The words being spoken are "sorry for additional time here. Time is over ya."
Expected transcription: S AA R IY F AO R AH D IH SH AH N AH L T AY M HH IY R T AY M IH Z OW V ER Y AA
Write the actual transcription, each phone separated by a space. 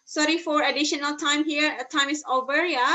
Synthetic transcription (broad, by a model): S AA R IY F AO R AH D IH SH AH N AH L T AY M HH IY R T AY M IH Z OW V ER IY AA